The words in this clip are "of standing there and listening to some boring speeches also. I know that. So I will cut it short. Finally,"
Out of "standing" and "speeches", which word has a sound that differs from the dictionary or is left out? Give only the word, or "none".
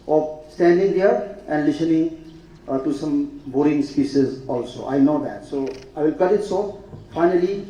speeches